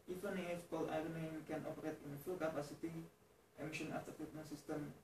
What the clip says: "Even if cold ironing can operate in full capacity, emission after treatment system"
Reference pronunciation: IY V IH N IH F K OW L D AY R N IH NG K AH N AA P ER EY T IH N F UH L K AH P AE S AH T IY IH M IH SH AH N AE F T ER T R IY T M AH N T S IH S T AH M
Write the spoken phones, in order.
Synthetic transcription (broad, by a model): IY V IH N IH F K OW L AY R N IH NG K AH N AA P ER EY T IH N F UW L K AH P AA S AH T IY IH M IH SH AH N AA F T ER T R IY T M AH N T S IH S T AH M